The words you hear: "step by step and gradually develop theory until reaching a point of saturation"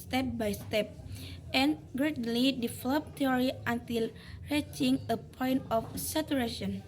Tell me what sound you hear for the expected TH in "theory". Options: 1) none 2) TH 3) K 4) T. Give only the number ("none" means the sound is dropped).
4